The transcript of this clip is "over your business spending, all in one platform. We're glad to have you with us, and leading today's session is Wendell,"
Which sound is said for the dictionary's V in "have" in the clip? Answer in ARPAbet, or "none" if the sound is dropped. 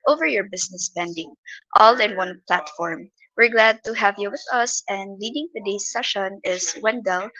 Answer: V